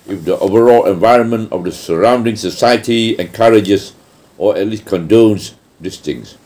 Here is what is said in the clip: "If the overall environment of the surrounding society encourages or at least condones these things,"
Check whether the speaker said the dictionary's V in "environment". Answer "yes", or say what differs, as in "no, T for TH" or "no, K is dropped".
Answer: yes